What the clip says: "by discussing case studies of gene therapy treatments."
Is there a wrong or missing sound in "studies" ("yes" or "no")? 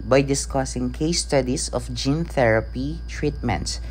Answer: yes